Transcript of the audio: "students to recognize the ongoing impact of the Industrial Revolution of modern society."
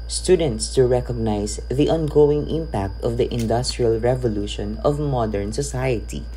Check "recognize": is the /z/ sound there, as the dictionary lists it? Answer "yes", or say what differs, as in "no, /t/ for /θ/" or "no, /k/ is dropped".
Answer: no, /s/ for /z/